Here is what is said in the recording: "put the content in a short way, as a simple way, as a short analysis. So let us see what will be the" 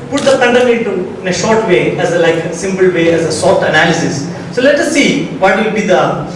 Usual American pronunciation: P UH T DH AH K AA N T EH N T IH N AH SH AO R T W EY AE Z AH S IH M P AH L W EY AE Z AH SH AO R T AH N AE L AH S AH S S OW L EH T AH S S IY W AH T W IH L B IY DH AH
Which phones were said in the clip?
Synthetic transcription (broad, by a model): P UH T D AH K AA N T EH N T IH N AH SH AO R T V EY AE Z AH S IH M P AH L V EY AE Z AH S AO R T AH N AE L AH S AH S S OW L EH T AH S S IY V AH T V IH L B IY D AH